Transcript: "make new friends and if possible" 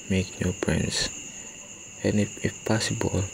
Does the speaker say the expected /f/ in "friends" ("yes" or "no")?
no